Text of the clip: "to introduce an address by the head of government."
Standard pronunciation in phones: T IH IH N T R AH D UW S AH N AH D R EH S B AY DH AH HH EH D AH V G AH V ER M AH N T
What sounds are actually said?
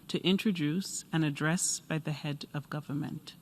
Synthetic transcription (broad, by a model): T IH IH N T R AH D UW S AH N AH D R EH S B AY DH AH HH EH D AH V G AH V ER M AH N T